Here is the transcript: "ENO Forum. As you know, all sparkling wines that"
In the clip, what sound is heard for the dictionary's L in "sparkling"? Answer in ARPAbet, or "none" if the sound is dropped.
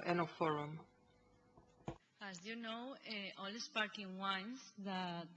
none